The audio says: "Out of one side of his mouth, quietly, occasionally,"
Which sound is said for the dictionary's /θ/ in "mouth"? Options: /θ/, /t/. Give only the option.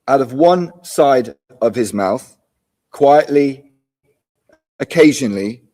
/θ/